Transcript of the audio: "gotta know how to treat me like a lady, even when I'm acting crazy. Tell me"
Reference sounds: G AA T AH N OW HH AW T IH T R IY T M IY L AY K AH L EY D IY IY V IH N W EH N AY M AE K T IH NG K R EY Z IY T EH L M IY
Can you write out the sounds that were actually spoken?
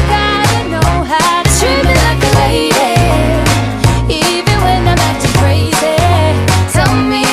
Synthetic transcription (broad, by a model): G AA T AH N OW HH AW T IH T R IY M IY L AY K AH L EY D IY IY V IH N W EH N AY M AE T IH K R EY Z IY S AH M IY